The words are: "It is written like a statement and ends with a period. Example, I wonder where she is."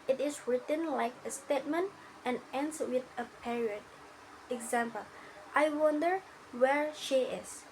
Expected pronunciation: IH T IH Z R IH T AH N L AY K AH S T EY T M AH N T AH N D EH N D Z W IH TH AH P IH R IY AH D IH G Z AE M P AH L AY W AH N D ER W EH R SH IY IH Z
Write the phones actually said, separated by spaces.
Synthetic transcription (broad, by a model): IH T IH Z R IH T AH N L AY K AH S T EY T M AH N T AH N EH N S W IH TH AH P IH R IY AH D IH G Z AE M P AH L AY W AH N D ER W EH R SH IY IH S